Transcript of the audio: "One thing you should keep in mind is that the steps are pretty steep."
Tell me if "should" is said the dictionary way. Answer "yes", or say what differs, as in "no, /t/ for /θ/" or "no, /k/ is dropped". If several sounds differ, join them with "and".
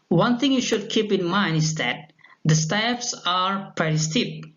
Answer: yes